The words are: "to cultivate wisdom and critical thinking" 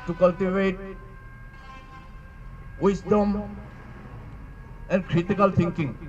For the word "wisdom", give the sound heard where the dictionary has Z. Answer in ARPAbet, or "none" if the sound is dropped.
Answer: S